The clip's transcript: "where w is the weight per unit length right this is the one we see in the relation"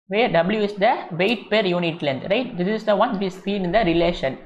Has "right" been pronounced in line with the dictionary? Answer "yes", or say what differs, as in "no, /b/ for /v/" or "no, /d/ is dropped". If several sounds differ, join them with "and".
yes